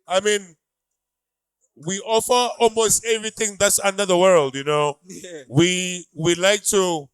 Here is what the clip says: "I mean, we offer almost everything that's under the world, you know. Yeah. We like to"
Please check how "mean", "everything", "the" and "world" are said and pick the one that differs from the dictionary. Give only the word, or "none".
none